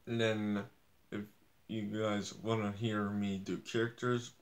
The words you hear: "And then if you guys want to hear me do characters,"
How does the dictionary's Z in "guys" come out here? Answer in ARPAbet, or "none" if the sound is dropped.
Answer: Z